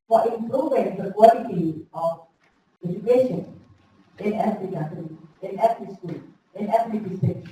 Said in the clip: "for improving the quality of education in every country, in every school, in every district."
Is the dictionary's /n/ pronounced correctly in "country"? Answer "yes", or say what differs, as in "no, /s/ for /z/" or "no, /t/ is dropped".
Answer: no, /n/ is dropped